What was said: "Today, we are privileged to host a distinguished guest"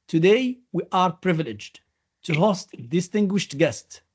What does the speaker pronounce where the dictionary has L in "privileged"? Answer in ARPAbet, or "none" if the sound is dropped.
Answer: L